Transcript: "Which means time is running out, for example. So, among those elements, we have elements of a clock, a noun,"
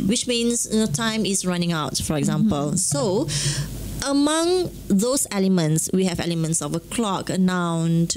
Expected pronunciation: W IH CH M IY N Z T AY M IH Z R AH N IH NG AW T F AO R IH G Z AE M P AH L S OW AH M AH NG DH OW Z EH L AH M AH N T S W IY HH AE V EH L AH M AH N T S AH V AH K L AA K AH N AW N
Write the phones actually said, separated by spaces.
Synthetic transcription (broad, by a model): W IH CH M IY N S T AY M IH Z R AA N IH NG AW T F AO R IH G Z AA M P AH L S OW AH M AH NG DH OW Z EH L AH M AH N T S W IY HH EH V EH L AH M AH N T S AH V AH K L AA K AH N AW N